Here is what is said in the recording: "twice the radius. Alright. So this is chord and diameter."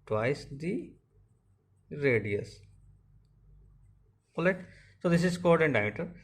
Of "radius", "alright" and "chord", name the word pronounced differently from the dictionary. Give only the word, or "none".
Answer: alright